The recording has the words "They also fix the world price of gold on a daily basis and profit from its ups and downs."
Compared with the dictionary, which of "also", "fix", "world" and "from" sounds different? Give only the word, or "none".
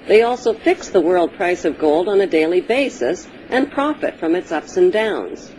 none